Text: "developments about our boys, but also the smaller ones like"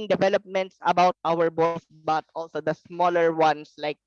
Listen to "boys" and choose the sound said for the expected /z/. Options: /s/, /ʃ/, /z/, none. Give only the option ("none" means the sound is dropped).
/s/